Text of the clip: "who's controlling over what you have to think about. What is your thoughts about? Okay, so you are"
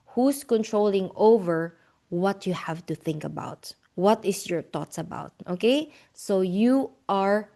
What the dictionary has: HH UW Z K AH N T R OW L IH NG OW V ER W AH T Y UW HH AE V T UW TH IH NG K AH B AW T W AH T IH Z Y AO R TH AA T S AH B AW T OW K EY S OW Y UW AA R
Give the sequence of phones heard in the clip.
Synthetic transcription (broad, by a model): HH UW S K AH N T R OW L IH NG OW V ER W AH T Y UW HH AE V T UW TH IH NG K AH B AW T W AH T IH S Y AO R T AA T S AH B AW T OW K EY S OW Y UW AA R